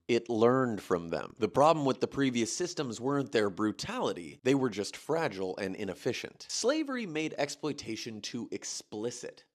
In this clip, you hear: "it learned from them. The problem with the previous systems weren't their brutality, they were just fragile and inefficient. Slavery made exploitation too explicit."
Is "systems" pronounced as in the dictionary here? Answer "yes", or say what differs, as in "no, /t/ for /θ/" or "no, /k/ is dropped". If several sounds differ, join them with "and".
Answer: yes